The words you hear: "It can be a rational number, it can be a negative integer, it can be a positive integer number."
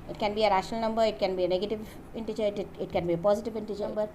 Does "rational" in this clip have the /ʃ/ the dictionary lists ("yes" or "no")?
yes